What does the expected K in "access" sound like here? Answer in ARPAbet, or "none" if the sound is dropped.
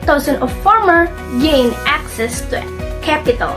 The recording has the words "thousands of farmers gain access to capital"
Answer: K